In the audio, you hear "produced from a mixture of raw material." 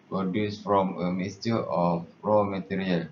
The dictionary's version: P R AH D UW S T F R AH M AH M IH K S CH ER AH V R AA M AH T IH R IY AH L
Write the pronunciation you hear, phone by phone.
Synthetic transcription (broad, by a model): P R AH D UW S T F R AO M AH M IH S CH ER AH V R AA M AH T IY R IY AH L